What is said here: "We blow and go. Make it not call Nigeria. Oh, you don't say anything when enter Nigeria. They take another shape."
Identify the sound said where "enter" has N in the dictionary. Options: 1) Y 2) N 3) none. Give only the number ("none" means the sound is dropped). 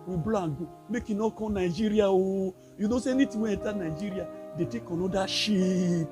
3